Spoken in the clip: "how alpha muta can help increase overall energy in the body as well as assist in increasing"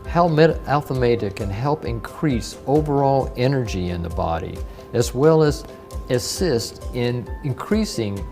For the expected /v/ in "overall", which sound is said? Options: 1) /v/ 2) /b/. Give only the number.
1